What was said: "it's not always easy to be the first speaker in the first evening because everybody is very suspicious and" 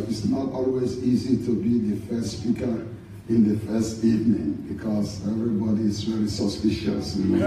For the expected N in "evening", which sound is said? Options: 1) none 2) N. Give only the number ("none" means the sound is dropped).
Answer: 2